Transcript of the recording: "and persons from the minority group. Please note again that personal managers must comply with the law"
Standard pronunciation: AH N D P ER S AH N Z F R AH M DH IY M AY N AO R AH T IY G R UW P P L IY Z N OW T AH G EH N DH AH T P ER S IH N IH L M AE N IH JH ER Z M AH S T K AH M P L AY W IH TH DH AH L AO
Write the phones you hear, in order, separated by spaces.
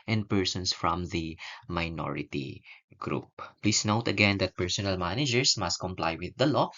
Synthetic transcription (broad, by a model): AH N D P ER S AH N S F R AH M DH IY M AY N AO R AH T IY G R UW P P L IY S N OW T AH G EH N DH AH T P ER S IH N IH L M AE N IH JH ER S M AH S T K AH M P L AY W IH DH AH L AO